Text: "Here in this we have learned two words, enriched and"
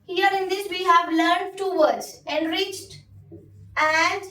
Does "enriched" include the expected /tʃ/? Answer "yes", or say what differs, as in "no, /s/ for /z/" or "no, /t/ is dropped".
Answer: yes